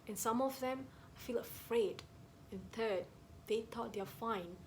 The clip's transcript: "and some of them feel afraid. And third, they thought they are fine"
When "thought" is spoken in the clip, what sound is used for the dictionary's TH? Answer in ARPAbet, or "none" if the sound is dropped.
T